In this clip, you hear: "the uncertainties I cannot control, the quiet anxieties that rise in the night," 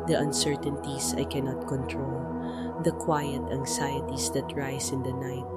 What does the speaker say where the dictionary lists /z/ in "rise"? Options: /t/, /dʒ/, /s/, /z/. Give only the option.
/s/